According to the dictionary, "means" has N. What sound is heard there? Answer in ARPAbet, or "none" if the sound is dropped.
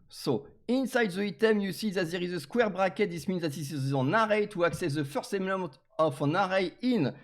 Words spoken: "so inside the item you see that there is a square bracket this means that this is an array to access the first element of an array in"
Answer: N